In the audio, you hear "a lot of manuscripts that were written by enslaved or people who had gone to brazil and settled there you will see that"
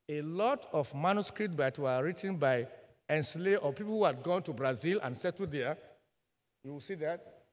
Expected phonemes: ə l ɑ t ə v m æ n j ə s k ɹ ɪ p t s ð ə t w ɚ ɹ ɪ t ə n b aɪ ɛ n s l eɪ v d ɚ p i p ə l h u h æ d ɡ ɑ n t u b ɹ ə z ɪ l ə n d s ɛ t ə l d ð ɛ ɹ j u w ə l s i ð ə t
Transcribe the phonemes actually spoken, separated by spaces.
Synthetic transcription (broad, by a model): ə l ɑ t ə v m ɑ n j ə s k ɹ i p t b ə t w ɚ ɹ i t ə n b aɪ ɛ n s l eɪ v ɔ p i p ə l h u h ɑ d ɡ ɑ n t u b ɹ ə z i l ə n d s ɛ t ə d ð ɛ j u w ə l s i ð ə t